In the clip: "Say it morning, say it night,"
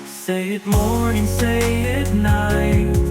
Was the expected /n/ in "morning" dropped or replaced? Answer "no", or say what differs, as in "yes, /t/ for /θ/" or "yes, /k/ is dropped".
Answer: yes, /n/ is dropped